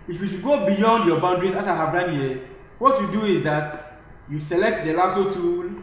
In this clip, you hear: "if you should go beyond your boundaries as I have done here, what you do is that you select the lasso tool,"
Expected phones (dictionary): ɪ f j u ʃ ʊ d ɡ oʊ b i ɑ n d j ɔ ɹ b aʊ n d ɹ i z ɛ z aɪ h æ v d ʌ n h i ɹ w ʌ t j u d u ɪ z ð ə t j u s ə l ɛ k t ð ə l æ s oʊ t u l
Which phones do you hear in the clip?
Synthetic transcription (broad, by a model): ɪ f j u ʃ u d ɡ oʊ b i ɑ n d j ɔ b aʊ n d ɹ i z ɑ s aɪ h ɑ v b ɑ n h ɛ w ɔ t j u d u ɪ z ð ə t j u s ə l ɛ k t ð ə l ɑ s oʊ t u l